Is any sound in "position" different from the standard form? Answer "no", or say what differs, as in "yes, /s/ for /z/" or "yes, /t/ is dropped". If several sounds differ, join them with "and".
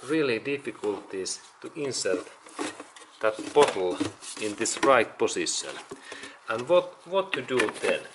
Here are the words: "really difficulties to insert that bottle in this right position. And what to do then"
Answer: yes, /s/ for /z/